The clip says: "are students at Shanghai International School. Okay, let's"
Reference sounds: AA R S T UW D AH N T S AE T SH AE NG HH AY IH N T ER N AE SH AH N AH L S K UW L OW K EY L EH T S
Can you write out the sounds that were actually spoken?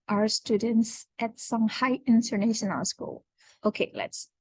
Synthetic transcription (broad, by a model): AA R S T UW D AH N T S AE T S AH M HH AY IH N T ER N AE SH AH N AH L S K UW L OW K EY L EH T S